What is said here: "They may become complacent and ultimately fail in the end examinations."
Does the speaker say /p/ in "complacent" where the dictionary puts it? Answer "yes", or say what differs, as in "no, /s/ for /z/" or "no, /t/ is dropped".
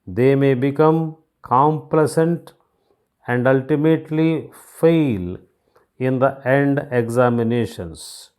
yes